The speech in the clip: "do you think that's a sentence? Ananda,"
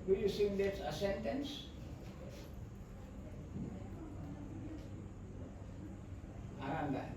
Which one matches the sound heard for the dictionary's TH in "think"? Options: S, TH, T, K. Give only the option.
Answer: S